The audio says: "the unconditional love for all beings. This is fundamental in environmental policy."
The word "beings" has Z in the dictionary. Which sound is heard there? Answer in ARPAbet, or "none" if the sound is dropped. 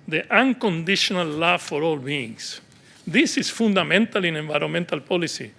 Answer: S